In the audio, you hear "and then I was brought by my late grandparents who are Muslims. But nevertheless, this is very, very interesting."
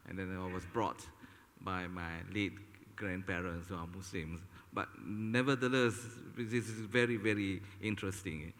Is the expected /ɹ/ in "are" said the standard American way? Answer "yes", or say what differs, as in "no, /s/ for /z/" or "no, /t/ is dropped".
no, /w/ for /ɹ/